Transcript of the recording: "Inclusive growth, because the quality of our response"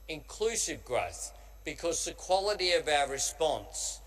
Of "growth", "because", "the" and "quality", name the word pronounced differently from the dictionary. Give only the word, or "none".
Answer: none